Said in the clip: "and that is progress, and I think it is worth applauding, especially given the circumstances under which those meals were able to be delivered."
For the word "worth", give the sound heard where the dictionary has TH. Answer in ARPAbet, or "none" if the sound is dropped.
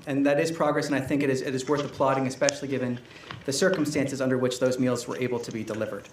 TH